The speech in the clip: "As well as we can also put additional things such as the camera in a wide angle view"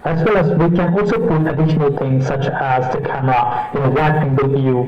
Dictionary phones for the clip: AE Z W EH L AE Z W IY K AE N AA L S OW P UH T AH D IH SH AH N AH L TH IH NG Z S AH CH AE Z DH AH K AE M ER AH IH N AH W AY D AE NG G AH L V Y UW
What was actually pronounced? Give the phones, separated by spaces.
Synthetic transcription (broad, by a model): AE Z W EH L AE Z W IY K AE N AA L S OW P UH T AH D IH SH AH N AH L T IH NG S AH CH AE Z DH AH K AE M ER AH IH N AH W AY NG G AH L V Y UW